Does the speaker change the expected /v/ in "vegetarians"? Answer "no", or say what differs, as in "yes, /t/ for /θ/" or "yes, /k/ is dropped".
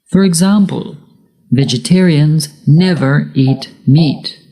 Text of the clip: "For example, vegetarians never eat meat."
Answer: no